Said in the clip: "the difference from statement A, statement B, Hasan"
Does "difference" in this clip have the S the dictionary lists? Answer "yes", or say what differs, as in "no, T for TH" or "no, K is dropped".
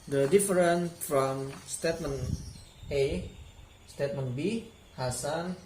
no, S is dropped